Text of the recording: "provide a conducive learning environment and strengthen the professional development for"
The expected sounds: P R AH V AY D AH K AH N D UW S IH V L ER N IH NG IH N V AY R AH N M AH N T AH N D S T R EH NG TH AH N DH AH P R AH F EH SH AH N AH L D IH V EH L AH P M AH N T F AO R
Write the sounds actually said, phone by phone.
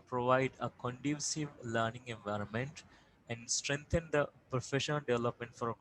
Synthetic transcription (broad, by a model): P R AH V AY D AH K AH N D UW S IH V L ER N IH NG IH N V AY R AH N M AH N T AH N D S T R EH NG T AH N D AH P R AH F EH SH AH N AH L D IH V EH L AH P M AH N T F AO R